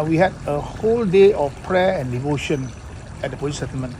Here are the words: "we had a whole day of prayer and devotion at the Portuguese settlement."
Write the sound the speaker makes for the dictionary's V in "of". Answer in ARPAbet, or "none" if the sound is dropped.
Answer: F